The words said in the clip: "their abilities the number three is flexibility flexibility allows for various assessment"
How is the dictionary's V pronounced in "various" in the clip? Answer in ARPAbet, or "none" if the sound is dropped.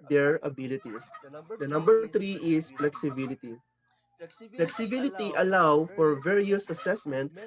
V